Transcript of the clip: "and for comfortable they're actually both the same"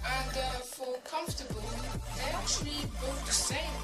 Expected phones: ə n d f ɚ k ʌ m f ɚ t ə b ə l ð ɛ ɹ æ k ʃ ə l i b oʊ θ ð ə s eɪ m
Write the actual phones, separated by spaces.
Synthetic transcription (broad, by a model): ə n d f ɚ k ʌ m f t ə b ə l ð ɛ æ k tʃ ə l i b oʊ t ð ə s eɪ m